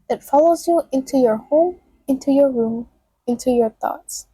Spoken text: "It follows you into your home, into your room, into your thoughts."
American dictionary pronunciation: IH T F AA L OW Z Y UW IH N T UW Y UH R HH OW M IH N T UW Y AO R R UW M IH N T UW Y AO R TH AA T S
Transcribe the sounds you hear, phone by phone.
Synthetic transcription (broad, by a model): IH T F AA L OW Z Y UW IH N T UW Y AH R HH OW M IH N T UW Y AO R R UW M IH N T UW Y AO R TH AA T S